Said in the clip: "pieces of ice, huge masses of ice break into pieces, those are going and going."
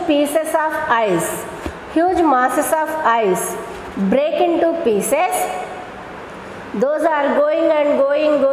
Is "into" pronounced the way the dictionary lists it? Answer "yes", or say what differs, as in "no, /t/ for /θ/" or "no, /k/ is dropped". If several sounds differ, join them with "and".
yes